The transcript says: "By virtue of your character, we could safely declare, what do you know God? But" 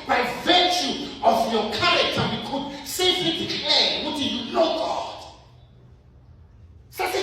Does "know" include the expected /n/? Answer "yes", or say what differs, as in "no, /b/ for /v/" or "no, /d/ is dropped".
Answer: no, /l/ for /n/